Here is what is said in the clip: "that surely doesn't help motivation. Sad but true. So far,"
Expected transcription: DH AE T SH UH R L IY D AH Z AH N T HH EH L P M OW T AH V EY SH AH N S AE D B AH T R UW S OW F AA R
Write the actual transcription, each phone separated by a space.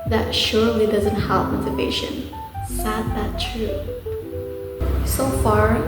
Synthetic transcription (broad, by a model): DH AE T SH UH R L IY D AH Z AH N T HH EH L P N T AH P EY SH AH N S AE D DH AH T R UW S OW F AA R